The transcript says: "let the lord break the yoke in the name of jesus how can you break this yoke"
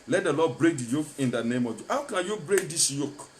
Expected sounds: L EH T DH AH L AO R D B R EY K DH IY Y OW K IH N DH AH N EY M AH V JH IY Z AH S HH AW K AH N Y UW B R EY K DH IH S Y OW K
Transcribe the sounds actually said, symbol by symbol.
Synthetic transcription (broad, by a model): L EH T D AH L AO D B R EY K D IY Y OW K IH N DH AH N EY M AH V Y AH HH AW K AH N Y UW B R EY K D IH S Y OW K